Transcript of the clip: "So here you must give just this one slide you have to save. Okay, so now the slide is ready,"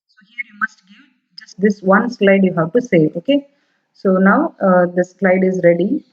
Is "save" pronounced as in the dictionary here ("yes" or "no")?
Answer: no